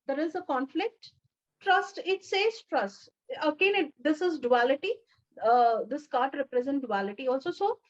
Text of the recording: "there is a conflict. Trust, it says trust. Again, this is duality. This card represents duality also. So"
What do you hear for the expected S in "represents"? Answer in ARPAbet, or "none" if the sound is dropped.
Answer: none